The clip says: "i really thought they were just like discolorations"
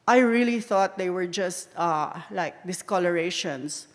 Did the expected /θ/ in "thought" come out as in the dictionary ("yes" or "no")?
yes